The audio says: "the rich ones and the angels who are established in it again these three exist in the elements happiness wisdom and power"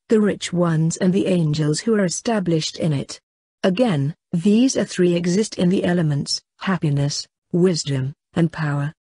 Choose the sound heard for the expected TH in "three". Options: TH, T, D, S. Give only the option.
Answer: TH